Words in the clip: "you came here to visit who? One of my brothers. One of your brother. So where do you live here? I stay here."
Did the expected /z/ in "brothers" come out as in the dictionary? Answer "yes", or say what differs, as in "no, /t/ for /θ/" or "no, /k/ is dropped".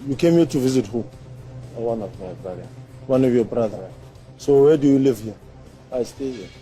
no, /z/ is dropped